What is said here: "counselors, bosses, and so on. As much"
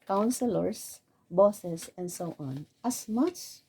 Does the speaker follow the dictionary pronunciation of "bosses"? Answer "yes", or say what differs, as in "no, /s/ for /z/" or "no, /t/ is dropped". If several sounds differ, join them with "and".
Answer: no, /s/ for /z/